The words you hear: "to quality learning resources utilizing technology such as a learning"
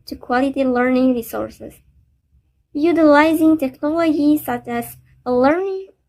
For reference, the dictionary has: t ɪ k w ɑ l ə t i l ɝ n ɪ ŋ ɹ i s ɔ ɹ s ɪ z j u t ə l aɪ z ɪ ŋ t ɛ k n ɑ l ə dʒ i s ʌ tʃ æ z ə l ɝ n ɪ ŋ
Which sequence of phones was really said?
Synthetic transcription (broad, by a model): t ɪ k w ɑ l ə t i l ɝ n ɪ ŋ ɹ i s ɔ ɹ s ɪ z j u t ə l aɪ z ɪ ŋ t ɛ k n ɑ l ə dʒ i s ʌ tʃ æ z ə l ɝ n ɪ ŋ